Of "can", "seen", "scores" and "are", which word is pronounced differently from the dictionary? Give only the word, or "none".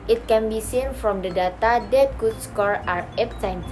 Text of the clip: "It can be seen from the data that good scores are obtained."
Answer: scores